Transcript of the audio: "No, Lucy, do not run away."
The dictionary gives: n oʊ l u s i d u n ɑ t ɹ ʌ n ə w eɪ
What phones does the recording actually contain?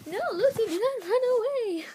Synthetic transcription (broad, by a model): n oʊ l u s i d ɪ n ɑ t ɹ ʌ n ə w eɪ